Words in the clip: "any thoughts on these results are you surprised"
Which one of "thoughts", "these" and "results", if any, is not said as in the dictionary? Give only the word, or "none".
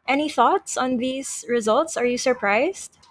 none